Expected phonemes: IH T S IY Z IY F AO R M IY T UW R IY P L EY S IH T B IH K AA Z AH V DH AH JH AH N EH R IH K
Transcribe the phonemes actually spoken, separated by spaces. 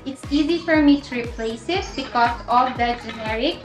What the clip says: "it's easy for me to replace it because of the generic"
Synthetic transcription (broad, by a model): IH T S IY Z IY F AO R M IY T UW R IY P L EY S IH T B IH K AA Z AH V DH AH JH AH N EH R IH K